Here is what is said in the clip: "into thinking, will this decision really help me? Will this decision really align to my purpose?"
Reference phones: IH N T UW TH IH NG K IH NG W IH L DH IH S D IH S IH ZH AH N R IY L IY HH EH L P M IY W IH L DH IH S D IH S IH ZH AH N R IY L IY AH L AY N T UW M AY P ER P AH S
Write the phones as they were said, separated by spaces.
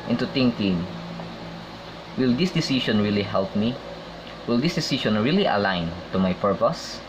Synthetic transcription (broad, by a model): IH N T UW T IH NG K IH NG W IH L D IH S D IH S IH SH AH N R IY L IY HH EH L P M IY W IH L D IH S D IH S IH SH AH N R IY L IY AH L AY N T UW M AY P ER P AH S